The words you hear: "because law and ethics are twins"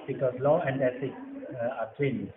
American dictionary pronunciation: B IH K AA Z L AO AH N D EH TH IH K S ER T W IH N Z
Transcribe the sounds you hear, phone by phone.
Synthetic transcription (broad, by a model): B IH K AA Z L AO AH N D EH S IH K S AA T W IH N